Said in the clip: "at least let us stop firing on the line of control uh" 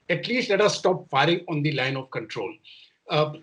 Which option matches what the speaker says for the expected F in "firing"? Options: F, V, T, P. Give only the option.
F